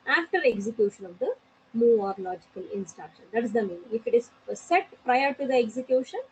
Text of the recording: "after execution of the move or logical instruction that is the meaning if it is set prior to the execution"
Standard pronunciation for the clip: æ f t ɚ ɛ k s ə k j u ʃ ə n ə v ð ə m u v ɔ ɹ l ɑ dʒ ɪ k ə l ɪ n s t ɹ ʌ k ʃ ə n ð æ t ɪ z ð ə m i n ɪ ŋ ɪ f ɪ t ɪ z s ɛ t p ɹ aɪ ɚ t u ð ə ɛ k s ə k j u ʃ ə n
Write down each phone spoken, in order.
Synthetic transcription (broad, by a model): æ f t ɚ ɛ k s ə k j u ʃ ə n ə v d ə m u ɔ ɹ l ɑ dʒ ɪ k ə l ɪ n s t ɹ ʌ k ʃ ə n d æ t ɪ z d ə m i n ɪ ŋ ɪ f ɪ t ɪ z s ɛ t p ɹ aɪ ɚ t u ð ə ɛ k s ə k j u ʃ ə n